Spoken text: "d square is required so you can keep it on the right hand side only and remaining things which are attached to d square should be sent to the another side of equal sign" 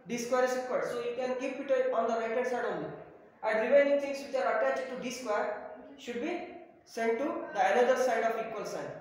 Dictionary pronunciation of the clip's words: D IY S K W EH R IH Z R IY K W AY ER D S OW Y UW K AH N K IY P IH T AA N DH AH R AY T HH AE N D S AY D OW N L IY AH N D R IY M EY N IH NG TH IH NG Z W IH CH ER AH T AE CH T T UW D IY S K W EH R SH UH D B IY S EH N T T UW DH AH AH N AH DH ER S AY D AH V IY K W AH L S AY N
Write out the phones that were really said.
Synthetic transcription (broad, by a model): D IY S K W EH R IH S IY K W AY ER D S OW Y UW K AH N K IY P IH T AA N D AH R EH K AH D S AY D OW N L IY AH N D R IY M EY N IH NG T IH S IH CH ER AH T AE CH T T UW D IY S K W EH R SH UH D B IY S EH N T T UW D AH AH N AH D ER S AY D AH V IY K W AH L S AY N